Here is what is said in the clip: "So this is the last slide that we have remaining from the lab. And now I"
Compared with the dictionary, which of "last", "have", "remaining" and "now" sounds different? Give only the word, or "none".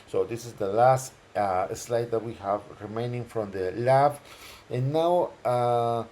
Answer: none